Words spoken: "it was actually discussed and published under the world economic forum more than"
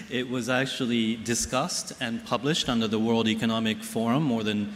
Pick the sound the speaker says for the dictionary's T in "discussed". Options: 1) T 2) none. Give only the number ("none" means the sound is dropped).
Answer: 1